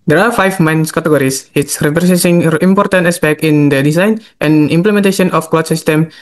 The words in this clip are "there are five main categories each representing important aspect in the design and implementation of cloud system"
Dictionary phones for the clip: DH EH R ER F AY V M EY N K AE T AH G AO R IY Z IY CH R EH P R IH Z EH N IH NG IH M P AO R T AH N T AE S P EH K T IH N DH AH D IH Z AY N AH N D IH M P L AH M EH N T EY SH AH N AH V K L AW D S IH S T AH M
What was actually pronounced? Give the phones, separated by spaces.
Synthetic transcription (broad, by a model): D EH R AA F AY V M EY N K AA T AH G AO R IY S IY S R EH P R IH S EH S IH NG IH M P AO R T AH N T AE S P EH K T IH N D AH D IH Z AY N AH N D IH M P L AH M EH N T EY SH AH N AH F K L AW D S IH S T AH M